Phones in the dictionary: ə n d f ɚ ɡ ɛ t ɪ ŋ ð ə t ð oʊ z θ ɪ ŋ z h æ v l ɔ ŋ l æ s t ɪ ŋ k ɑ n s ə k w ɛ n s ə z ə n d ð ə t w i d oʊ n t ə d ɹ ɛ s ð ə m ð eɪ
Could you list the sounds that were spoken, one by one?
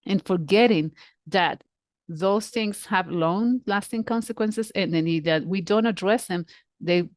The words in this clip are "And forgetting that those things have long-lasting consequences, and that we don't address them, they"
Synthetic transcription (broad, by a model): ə n f ɚ ɡ ɛ t ɪ ŋ ð ə t ð oʊ z θ ɪ ŋ z h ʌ v l ɔ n l æ s t ɪ ŋ k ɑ n s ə k w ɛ n s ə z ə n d ð ə t w i d oʊ n t ə d ɹ ɛ s ð ə m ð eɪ